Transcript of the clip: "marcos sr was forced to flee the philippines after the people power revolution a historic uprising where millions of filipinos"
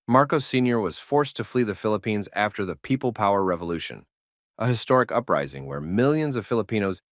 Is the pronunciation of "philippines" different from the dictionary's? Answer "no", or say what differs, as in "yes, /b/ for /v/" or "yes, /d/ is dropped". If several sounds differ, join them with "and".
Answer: no